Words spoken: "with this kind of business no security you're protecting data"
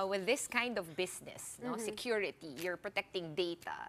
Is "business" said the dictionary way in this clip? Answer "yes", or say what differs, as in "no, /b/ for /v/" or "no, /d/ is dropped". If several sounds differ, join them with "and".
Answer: no, /s/ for /z/